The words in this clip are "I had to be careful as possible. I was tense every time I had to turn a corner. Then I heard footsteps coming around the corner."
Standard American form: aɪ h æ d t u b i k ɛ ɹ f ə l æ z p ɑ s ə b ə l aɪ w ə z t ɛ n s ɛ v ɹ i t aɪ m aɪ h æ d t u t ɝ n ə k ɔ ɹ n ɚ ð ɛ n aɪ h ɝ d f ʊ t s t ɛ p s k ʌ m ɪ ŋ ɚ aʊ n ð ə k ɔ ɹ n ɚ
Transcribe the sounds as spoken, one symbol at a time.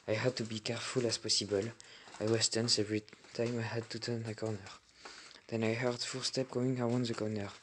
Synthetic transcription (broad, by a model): aɪ h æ d t u b i k ɛ ɹ f ə l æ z p ɑ s ə b ə l aɪ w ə s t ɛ n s ɛ v ɹ i t aɪ m aɪ h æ d t u t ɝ n ə k ɔ ɹ n ɚ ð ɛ n aɪ h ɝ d f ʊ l s t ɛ p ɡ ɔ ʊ ɪ ŋ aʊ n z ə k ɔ n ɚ